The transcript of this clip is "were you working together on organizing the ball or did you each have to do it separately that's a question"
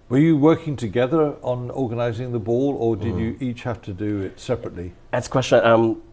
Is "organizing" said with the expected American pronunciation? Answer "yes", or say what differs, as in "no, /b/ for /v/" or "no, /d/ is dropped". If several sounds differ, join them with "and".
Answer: yes